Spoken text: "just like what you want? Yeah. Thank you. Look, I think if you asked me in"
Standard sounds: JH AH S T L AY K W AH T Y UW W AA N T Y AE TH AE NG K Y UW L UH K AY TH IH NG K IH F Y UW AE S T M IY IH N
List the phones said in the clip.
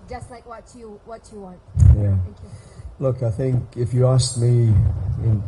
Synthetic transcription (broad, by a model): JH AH S T L AY K W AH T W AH W AA N T Y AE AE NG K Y L UH K AY TH IH NG K IH F Y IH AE S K M IY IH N